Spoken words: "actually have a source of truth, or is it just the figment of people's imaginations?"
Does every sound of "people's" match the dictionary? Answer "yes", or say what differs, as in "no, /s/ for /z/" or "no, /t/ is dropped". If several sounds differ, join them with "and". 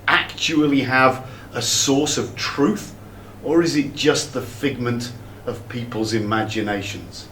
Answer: yes